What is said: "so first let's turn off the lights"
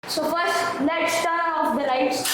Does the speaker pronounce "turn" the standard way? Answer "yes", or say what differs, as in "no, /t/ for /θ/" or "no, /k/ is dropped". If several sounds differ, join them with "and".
no, /n/ is dropped